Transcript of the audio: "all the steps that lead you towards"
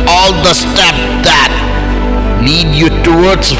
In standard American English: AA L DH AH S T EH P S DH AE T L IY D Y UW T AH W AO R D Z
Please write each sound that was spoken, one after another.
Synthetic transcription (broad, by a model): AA L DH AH S T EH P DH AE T N IY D Y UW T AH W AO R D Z